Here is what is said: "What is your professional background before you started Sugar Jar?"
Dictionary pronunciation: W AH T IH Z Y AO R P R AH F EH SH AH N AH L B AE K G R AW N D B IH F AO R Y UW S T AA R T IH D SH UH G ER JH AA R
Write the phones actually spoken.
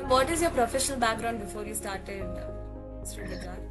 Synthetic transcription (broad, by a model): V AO T IH Z Y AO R P R AH F EH SH AH N AH L B AE K G R AW N D B IH F AO R Y UW S T AA R T IH D S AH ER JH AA